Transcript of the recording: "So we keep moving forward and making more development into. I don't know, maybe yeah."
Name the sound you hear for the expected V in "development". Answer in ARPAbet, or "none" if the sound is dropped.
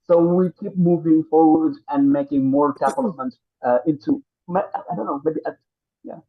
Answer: P